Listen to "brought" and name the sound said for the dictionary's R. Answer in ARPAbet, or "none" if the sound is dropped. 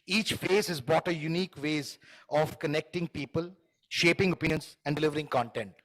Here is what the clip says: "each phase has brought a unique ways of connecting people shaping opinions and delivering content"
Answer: none